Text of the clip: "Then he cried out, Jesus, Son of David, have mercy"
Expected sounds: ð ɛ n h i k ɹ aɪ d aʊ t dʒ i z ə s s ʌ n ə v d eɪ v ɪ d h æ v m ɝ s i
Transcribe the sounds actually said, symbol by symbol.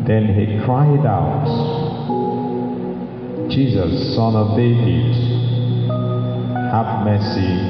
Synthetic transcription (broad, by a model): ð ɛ n h i k ɹ aɪ d aʊ t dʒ i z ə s s ʌ n ə v d eɪ v ɪ d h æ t m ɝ s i